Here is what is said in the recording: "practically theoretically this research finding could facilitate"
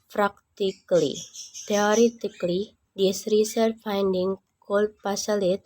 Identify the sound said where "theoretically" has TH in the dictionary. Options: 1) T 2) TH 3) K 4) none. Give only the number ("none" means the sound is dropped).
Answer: 1